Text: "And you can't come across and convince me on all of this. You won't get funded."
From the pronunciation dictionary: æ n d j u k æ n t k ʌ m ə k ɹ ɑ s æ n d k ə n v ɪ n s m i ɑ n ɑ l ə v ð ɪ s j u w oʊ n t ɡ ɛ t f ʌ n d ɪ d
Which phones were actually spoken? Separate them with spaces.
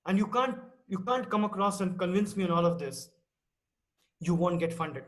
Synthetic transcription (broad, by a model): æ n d j u k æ n t k ʌ m ə k ɹ ɑ s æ n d k ə n v ɪ n s m i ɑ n ɑ l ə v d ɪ s j u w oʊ n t ɡ ɛ t f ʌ n d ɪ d